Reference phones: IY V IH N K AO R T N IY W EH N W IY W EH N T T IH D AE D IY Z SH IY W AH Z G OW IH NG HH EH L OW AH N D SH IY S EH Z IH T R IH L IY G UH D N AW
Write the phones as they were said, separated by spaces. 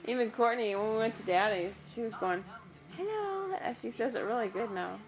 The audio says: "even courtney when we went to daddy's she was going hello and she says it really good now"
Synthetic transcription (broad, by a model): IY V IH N K AO R T N IY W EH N W IY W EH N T T IH D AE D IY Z SH IY W AH Z G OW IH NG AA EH N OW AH SH IY S EH Z IH T R IH L IY G UH D N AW